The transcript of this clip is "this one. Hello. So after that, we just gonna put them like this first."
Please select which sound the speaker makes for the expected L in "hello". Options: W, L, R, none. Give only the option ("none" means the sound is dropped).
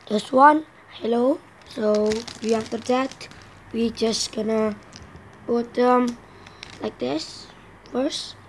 L